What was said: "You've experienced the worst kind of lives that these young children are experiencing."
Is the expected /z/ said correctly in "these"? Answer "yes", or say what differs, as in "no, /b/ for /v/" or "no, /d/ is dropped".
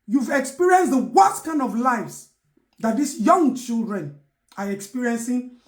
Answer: no, /s/ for /z/